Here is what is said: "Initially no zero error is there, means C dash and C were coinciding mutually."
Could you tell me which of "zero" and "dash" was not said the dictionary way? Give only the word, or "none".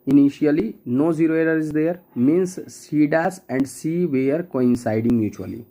dash